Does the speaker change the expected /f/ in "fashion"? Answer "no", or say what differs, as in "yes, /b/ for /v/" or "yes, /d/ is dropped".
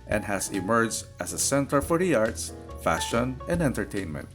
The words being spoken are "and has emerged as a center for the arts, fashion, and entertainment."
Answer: no